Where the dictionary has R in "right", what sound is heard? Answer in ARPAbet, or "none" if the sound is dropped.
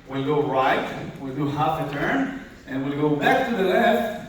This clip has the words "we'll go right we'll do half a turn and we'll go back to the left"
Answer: R